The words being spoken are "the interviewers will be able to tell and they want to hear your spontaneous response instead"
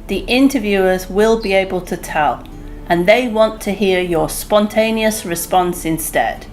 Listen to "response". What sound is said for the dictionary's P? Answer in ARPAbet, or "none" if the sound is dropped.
P